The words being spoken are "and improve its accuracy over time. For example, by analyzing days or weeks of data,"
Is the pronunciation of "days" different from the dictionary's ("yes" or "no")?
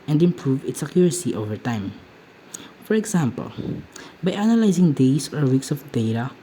yes